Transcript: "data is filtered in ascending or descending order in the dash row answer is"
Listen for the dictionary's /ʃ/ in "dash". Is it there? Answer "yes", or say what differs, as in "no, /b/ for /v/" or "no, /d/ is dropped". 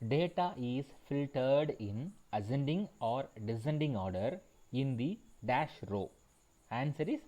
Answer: yes